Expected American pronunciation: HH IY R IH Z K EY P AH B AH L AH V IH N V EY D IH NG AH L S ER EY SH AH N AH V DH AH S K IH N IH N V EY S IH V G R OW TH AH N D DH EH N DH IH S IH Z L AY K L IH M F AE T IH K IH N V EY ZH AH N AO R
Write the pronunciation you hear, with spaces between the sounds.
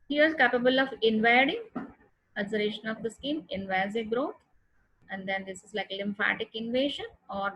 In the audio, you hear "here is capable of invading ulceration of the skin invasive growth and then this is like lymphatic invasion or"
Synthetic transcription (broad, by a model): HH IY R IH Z K EY P AH B AH L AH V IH N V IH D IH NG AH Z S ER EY SH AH N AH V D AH S K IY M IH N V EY IH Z G R OW T AH N D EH N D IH S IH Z L AY K L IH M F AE T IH K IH N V EY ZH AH N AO R